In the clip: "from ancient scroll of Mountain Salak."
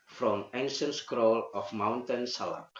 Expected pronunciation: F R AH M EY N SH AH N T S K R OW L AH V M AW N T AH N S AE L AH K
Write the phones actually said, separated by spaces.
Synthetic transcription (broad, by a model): F R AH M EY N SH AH N S K R OW L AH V M AW N T AH N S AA L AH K